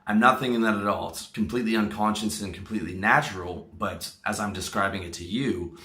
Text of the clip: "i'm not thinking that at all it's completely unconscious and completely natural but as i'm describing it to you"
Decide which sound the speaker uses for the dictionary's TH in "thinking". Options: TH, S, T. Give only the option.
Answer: TH